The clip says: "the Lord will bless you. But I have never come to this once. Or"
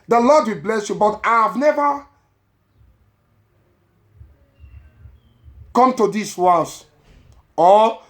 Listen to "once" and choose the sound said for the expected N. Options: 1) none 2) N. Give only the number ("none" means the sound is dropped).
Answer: 1